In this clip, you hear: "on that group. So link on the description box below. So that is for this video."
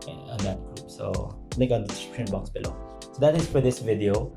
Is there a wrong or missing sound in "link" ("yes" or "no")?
yes